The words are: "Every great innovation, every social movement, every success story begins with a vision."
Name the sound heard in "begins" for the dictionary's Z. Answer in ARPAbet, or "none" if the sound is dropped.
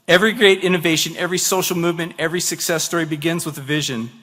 Z